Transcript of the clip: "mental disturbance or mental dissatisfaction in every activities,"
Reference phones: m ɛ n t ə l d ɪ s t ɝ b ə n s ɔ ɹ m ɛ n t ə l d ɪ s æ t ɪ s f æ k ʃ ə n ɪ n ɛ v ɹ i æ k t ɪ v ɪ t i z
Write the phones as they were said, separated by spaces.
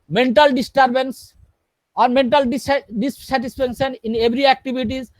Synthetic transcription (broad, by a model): m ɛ n t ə l d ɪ s t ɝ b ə n s ɔ ɹ m ɛ n t ə l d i s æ t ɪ s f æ k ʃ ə n ɪ n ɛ b ɹ i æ k t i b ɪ t i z